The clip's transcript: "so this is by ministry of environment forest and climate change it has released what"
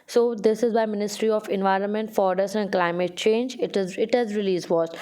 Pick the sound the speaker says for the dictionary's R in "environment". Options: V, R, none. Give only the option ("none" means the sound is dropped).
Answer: R